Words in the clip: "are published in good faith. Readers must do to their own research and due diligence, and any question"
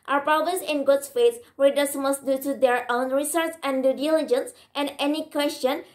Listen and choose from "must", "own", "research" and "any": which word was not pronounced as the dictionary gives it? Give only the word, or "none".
research